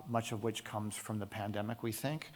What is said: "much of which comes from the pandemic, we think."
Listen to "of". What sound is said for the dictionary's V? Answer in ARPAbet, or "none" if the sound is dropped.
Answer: V